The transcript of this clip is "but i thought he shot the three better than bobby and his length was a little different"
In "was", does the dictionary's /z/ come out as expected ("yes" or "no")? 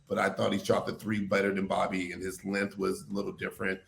yes